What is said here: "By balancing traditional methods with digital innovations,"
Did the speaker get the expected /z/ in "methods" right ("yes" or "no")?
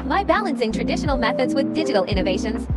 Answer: yes